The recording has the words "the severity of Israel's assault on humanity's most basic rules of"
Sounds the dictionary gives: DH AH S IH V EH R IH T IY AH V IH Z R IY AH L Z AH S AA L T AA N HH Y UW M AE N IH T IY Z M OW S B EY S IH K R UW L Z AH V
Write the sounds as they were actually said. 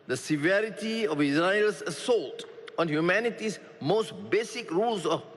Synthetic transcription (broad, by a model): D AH S IH V EH R IH T IY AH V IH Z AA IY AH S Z AH S AA L T AA N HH Y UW M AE N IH T IY S M OW S B EY S IH K R UW L S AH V